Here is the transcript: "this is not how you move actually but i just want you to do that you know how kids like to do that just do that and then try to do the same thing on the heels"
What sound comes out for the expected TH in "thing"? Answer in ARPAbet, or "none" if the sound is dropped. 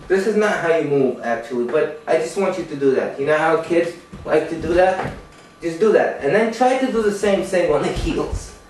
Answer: S